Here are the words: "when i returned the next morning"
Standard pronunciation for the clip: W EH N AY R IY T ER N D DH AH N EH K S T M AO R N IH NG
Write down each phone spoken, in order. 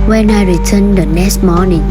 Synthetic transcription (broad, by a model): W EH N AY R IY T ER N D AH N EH S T M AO N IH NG